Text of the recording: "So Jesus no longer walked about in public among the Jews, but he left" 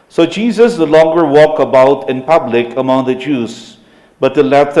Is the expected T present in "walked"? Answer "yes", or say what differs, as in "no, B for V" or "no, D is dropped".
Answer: no, T is dropped